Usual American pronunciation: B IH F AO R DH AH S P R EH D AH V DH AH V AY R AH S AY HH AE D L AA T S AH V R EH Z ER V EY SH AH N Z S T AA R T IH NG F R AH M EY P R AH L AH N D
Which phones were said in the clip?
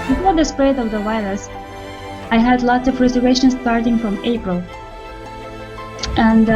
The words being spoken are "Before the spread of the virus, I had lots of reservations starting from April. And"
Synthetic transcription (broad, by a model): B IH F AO R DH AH S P R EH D AH V DH AH W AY L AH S AY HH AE D L AA T S AH V R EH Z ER V EY SH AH N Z S T AA R T IH NG F R AH M EY P R AH L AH N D